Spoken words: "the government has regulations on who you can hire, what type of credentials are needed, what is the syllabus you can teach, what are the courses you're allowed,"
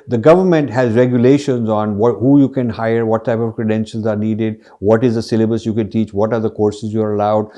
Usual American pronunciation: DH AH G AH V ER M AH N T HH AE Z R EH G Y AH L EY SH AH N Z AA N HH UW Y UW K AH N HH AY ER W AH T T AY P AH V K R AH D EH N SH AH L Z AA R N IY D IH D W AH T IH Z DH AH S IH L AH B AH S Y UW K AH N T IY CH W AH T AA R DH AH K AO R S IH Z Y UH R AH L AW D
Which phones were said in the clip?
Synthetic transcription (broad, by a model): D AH G AH V ER M AH N T HH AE Z R EH G Y AH L EY SH AH N Z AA N HH UW Y UW K AH N HH AY ER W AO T T AY P AH V K R AH D EH N SH AH L Z AA R N IY D IH D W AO T IH Z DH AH S IH L AH B AH S Y UW K AH N T IY CH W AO T AA R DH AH K AO R S IH Z Y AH R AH L AW D